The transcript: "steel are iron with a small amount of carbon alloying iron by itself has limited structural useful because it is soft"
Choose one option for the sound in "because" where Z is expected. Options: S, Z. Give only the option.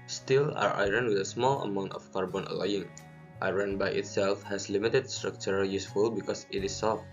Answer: S